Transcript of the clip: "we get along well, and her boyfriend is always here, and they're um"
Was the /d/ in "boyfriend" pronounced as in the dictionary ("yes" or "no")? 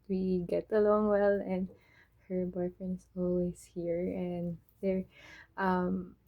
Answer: no